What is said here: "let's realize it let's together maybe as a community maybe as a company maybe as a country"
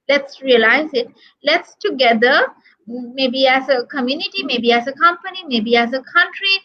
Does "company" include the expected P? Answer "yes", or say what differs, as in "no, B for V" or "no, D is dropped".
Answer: yes